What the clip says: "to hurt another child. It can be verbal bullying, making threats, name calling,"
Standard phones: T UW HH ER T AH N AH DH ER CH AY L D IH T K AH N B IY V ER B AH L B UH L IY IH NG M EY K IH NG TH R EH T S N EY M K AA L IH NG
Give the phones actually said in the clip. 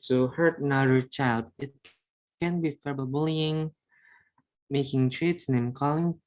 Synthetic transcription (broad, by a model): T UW HH ER T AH N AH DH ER CH AY L D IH T K AH N B IY F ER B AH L B UH L IY IH NG M EY K IH NG T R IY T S N EY M K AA L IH NG